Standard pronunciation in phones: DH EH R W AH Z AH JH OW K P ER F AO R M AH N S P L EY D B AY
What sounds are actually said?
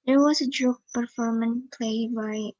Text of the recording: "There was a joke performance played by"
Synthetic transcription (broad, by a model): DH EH R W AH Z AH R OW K P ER F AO R M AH N P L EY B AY